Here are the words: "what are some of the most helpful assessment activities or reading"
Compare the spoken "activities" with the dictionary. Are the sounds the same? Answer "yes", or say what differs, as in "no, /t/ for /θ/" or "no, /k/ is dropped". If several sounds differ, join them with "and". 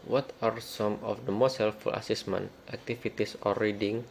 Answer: no, /f/ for /v/ and /s/ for /z/